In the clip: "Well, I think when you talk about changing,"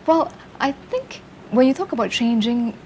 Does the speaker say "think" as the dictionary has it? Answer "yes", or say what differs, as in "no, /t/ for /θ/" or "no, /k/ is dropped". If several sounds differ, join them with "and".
yes